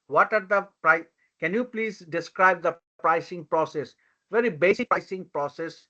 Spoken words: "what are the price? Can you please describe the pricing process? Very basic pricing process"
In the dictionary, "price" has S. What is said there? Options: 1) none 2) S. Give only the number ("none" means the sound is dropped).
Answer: 1